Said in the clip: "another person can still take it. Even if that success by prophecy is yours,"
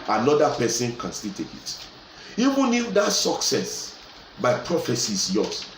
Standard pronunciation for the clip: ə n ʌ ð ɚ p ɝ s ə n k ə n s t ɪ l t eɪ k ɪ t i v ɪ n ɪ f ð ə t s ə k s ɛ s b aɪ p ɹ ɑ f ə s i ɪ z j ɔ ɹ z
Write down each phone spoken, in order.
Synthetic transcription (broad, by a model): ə n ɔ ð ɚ p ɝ s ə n k ə n s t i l t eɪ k ɪ t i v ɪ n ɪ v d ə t s ə k s ɛ s b aɪ p ɹ ɑ f ə s i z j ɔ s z